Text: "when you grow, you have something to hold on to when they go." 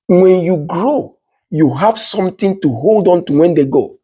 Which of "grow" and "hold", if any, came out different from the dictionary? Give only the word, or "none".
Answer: none